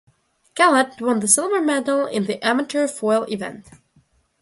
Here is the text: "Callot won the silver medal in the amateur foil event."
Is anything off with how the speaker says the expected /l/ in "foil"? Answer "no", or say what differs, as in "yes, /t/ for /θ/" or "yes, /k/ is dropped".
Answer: no